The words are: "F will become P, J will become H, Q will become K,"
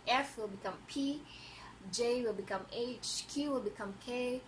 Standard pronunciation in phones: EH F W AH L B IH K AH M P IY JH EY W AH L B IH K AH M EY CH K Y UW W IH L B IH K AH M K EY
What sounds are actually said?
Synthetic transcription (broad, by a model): EH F W AH L B IH K AH M P IY JH EY W AH L B IH K AH M EY CH K Y UW W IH L B IH K AH M K EY